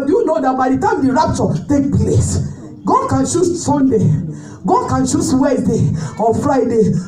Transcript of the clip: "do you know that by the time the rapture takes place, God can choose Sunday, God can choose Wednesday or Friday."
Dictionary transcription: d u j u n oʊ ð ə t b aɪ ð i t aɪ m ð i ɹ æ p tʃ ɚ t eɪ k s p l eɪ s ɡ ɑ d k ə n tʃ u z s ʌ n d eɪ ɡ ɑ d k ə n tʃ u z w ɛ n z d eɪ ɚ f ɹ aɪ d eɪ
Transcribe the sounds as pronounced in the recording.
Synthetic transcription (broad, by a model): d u j u n oʊ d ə t b aɪ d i t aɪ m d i ɹ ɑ p tʃ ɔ t eɪ k p l eɪ s ɡ ɑ d k ə n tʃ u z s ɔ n d eɪ ɡ ɑ d k ə n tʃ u s w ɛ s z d eɪ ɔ f ɹ aɪ d eɪ